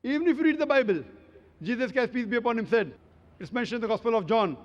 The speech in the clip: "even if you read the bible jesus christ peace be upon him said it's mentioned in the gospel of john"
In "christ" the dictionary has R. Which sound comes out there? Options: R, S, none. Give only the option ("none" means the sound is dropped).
none